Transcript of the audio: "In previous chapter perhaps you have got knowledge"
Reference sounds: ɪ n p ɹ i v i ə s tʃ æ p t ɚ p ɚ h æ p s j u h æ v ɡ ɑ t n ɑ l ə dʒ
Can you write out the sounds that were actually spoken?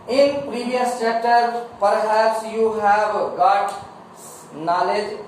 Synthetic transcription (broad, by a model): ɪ n p ɹ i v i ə s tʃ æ t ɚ p ɚ h æ p s j u h æ v ɡ ɑ t n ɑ l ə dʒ